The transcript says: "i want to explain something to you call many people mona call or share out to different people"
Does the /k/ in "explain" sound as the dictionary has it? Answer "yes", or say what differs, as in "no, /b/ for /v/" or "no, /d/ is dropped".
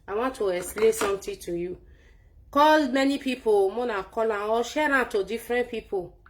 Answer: no, /k/ is dropped